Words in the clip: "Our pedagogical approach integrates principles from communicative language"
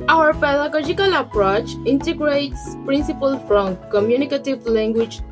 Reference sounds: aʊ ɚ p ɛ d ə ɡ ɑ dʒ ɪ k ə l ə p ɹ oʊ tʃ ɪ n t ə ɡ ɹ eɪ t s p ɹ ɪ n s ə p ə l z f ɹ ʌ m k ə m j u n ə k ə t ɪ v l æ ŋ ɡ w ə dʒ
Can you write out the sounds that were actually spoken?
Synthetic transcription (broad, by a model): aʊ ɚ p ɛ d ə ɡ ɑ dʒ ɪ k ə l ə p ɹ oʊ tʃ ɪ n t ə ɡ ɹ eɪ t s p ɹ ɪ n s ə p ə l f ɹ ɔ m k ə m j u n ə k ə t ɪ v l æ ŋ ɡ w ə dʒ